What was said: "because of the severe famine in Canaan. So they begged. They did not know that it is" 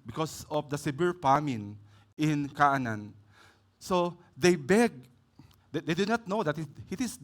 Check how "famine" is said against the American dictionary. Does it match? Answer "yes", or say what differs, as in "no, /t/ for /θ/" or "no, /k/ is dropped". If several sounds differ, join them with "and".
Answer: no, /p/ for /f/